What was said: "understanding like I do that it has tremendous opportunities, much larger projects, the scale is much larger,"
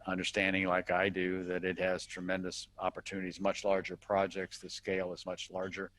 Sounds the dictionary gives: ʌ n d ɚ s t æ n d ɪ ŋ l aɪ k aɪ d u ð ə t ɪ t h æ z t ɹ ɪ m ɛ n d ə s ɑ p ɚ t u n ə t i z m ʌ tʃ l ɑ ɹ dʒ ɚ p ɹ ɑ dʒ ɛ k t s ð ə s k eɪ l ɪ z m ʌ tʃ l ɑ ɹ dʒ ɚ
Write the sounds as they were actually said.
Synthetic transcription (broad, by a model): ʌ n d ɚ s t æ n d ɪ ŋ l aɪ k aɪ d u ð ə t ɪ t h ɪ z t ɹ ɪ m ɛ n d ə s ɑ p ɚ t u n ə t i z m ʌ tʃ l ɑ ɹ dʒ ɚ p ɹ ɑ dʒ ɛ k t s ð ə s k eɪ l ɪ z m ʌ tʃ l ɑ ɹ dʒ ɚ